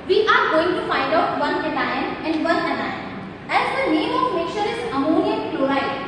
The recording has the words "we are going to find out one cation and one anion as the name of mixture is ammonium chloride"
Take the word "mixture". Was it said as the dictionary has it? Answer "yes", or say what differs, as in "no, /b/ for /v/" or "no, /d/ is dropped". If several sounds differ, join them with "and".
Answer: no, /s/ is dropped